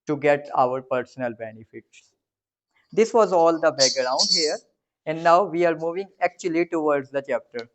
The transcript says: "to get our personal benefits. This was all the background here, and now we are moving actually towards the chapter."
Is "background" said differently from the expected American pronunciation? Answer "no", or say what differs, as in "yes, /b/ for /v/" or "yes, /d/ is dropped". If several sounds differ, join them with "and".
yes, /k/ is dropped